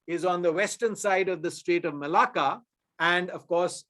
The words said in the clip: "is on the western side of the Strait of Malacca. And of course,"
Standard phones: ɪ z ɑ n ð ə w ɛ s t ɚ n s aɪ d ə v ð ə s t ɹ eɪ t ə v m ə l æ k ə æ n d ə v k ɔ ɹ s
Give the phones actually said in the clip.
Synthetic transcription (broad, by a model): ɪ z ɑ n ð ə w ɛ s t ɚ n s aɪ d ə v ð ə s t ɹ eɪ t ə v m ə l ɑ k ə æ n d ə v k ɔ ɹ s